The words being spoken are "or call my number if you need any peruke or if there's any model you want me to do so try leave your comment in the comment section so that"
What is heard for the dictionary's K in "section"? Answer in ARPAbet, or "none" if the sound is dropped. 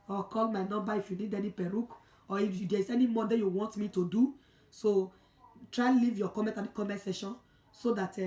none